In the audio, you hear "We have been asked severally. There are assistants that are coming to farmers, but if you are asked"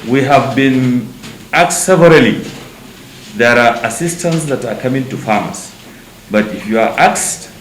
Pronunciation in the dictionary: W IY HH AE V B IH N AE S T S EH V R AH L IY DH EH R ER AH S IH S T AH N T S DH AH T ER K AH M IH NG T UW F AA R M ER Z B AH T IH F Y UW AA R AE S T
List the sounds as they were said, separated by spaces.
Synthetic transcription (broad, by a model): W IY HH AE V B IH N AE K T S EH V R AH L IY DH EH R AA AH S IH S T AH N T S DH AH T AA K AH M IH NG T UW F AA M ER S B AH T IH F Y UW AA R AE S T